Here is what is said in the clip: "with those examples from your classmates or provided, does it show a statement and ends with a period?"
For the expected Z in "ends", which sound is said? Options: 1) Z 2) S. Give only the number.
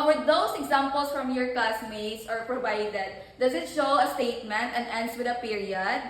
2